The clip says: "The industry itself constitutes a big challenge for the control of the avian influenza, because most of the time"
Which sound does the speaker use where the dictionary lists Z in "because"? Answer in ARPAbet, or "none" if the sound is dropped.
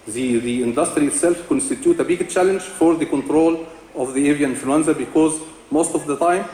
Z